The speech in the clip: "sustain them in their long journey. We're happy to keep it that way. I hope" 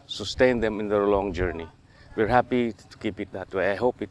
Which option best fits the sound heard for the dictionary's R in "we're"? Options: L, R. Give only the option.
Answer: R